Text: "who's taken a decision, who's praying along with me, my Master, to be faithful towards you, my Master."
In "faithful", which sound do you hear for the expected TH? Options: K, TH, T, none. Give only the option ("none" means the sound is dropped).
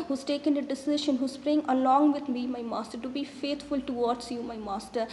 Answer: T